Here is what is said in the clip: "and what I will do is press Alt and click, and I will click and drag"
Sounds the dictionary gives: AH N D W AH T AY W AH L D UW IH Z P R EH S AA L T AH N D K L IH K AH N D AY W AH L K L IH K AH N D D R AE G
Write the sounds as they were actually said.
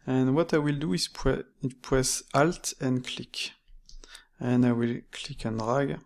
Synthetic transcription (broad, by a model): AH N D W AH T AY W AH L D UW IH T P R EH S AA L T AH N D K L IH K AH N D AY W AH L K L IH K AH N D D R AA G